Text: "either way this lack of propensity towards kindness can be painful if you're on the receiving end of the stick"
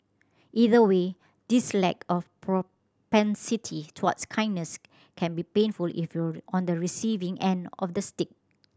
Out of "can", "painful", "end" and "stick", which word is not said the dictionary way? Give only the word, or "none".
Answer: none